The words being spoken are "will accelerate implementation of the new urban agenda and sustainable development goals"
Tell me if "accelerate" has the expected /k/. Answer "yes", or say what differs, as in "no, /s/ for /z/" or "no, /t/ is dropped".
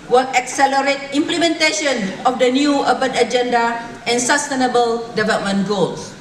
yes